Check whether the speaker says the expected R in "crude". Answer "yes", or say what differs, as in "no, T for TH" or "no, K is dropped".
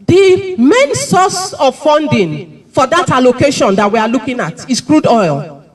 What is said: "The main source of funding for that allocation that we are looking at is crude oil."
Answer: yes